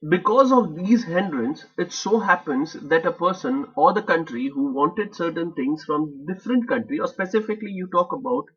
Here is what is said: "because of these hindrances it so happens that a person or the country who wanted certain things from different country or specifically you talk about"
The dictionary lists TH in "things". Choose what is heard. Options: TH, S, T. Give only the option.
T